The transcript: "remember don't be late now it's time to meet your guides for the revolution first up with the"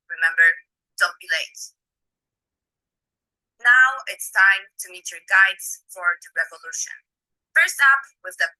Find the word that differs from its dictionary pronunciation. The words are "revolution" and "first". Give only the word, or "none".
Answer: none